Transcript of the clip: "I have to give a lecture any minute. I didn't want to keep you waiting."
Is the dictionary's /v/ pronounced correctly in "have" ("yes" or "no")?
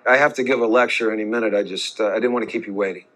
no